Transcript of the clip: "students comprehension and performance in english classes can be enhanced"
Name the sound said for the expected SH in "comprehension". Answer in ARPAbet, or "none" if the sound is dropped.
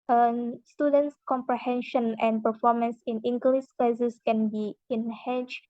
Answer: SH